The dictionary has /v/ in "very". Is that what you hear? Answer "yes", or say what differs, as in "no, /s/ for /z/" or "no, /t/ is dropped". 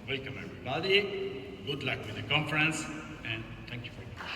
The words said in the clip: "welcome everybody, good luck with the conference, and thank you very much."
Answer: no, /f/ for /v/